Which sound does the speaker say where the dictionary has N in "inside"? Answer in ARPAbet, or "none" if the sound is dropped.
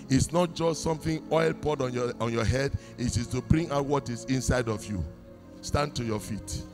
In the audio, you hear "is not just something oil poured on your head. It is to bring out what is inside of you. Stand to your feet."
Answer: N